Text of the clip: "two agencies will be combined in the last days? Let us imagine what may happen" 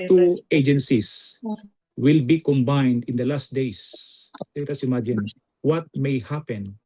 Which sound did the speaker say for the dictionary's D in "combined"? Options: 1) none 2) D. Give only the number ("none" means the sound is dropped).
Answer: 2